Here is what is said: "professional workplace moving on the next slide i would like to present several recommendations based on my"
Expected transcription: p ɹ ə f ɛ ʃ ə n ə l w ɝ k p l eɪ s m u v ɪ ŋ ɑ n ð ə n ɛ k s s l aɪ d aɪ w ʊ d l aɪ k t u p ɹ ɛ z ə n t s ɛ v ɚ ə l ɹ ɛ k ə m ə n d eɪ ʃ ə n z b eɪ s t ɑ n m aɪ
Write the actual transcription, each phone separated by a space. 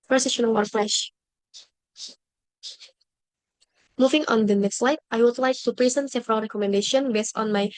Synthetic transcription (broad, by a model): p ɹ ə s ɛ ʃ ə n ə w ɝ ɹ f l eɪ ʃ m u v ɪ ŋ ɑ n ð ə n ɛ k s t l aɪ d aɪ w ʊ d l aɪ k t u p ɹ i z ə n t s ɛ v ɚ ə l ɹ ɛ k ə m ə n d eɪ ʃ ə n b eɪ s t ɑ n m aɪ